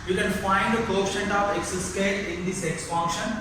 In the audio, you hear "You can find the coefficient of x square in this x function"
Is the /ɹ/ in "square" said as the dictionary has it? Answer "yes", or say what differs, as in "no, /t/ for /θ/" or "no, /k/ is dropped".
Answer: no, /l/ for /ɹ/